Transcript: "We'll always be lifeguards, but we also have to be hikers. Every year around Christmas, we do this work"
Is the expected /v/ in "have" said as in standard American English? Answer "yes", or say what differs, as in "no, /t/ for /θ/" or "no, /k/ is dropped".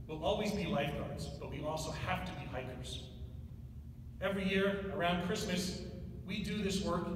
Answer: no, /f/ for /v/